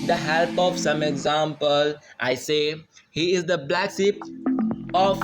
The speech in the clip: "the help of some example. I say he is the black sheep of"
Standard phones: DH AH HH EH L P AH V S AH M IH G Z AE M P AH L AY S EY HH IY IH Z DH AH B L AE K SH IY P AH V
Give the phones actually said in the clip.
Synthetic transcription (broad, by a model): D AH HH EH L P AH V S AH M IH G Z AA M P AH L AY S EY HH IY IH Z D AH B L AE K S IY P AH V